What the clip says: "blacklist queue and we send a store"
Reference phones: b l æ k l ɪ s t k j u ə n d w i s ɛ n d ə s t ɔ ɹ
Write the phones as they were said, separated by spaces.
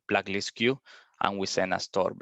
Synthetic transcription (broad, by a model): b l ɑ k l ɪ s k j u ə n w i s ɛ n ə s t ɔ ɹ